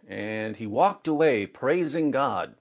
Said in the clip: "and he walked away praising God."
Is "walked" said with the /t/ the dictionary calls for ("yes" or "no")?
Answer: yes